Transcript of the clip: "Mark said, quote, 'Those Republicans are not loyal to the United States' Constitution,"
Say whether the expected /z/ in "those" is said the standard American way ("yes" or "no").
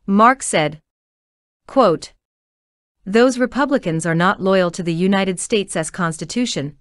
yes